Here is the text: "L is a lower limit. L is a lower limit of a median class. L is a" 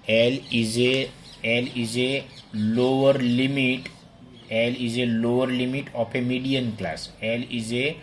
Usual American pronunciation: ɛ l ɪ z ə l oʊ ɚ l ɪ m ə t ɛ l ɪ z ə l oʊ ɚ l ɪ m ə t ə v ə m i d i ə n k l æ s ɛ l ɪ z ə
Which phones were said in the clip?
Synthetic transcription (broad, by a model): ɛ l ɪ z ə l oʊ ɚ l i m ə t ɛ l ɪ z ə l oʊ ɚ l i m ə t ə p ə m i d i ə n k l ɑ s ɛ l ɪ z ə